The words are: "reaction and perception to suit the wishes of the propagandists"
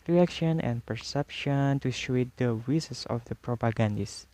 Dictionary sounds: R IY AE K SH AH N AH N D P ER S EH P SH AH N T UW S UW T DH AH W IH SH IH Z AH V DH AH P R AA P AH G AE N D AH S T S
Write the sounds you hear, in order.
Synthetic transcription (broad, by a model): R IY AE K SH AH N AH N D P ER S EH P SH AH N T UW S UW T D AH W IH S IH S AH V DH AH P R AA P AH G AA N D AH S S